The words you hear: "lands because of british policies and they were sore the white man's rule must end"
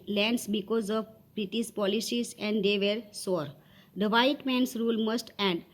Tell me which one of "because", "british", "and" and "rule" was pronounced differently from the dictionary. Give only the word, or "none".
british